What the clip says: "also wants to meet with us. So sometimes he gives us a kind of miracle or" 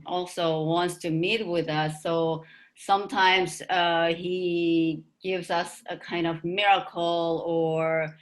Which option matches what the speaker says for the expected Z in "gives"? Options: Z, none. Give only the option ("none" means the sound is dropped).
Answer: Z